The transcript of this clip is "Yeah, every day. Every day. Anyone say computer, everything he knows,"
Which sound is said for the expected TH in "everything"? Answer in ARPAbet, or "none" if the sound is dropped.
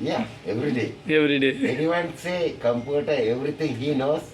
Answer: T